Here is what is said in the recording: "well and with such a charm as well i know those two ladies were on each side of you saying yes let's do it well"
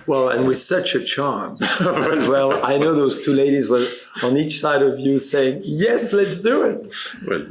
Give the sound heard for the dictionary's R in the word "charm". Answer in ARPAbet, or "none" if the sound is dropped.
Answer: R